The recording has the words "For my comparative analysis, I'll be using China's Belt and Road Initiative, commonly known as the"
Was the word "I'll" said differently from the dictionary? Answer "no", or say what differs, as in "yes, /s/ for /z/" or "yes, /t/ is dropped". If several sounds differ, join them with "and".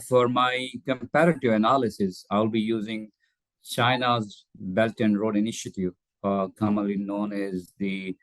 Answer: no